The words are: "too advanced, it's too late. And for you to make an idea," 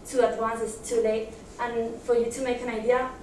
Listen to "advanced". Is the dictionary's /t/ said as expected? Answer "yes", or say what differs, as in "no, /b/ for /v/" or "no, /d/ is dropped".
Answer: no, /t/ is dropped